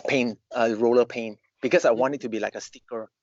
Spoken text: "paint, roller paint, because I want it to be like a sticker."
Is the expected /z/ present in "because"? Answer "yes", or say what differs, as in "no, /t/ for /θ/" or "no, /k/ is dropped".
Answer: no, /s/ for /z/